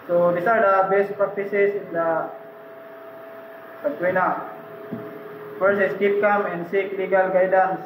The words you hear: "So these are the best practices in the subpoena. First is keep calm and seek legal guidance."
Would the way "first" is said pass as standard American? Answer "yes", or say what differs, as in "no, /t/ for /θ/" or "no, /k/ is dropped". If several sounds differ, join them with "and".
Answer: no, /t/ is dropped